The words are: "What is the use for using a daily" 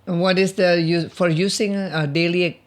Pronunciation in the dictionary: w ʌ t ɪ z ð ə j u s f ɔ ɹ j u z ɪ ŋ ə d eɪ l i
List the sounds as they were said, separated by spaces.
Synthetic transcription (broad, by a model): w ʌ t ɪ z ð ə j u f ɔ ɹ j u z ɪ ŋ ə d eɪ l i